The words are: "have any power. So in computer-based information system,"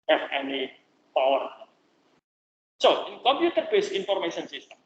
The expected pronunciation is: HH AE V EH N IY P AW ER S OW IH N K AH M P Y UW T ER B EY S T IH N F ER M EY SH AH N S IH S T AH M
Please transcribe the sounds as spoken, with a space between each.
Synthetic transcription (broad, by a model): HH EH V EH N IY P AW ER S OW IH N K AH M P Y UW T ER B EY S IH N F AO M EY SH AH N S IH S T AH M